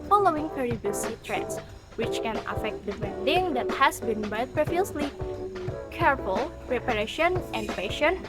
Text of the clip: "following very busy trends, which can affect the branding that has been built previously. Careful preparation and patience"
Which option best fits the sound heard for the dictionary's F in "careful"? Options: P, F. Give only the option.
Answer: P